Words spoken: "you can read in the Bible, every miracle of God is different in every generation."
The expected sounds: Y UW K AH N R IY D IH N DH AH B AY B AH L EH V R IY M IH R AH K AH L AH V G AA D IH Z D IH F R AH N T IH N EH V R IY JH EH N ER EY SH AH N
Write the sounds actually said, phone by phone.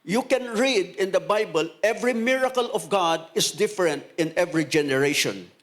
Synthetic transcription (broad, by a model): Y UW K AH N R IY D IH N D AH B AY B AH L EH V R IY M IH R AH K AH L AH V G AA D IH S D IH F R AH N T IH N EH V R IY JH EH N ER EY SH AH N